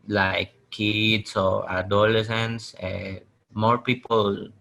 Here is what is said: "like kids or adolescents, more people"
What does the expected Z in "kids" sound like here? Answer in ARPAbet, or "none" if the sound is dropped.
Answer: S